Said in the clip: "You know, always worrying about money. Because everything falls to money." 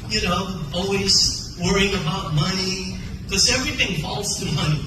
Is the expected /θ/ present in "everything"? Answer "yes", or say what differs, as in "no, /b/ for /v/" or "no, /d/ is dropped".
yes